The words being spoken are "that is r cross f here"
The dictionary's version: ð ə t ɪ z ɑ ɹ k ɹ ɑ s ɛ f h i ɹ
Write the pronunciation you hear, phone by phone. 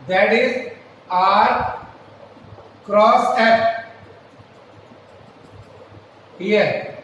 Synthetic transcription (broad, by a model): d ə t ɪ z ɑ ɹ k ɹ ɑ s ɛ p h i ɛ